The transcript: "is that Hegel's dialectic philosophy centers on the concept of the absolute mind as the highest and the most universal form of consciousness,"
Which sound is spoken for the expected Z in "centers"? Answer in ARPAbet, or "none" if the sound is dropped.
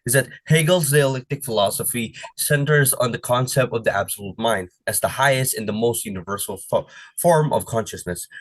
Z